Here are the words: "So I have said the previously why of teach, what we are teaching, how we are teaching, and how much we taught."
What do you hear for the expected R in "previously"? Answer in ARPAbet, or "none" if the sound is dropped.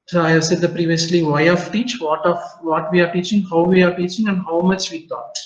R